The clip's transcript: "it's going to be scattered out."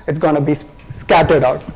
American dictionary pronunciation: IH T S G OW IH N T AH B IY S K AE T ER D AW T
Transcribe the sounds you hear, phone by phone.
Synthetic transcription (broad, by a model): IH T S G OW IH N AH B IY S K AE T ER D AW T